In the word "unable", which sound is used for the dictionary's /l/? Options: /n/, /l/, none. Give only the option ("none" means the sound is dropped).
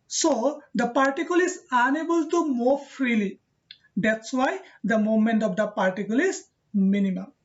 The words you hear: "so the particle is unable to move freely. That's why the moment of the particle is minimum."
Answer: /l/